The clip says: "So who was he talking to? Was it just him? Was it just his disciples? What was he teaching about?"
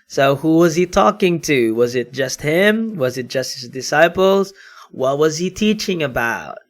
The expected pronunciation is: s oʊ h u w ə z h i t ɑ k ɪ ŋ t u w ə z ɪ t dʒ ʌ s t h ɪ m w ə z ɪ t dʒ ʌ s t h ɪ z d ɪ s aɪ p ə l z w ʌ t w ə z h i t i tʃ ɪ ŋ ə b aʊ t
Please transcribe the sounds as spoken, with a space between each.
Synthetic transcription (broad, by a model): s oʊ h u w ə z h i t ɑ k ɪ ŋ t u w ə z ɪ t dʒ ʌ s t h ɪ m w ə z ɪ t dʒ ʌ s t h ɪ z d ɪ s aɪ p l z w ʌ t w ə z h i t i tʃ ɪ ŋ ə b aʊ t